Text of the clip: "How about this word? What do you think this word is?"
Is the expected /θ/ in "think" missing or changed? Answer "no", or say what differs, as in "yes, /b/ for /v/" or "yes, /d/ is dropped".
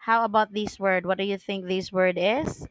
no